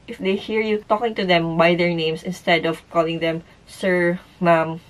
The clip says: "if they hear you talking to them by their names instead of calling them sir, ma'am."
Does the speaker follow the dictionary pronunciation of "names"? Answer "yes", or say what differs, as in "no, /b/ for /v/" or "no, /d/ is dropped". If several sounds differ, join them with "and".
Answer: no, /s/ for /z/